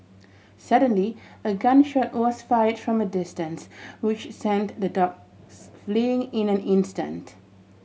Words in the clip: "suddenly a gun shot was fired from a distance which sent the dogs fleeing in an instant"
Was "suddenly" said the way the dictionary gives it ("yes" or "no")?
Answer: yes